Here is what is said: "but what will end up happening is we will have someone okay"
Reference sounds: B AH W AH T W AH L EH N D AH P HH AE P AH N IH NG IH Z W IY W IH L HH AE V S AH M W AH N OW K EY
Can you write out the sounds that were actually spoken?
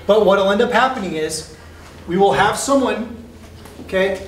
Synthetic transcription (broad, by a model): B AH AH T W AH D EH N D AH P HH AE P AH N IH NG IH Z W IY W IH L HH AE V S AH M W AH N OW K EY